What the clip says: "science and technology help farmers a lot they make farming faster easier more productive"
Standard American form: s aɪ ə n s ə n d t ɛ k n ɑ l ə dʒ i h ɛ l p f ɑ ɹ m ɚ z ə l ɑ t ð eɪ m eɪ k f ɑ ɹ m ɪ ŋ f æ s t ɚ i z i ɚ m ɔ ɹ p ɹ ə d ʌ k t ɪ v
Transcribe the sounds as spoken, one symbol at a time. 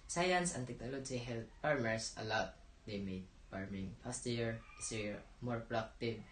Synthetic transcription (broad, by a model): s aɪ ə n s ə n t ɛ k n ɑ l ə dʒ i h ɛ l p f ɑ ɹ m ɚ s ə l ɑ t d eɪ m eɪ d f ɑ ɹ m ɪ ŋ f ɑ s t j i s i m ɔ ɹ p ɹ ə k t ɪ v